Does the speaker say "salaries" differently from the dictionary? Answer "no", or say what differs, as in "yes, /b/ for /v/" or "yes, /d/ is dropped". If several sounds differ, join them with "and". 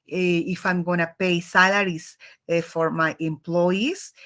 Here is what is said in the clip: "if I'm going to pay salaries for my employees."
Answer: yes, /s/ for /z/